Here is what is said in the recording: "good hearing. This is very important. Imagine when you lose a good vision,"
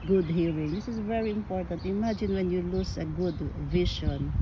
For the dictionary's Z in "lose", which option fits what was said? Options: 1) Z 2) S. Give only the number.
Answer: 2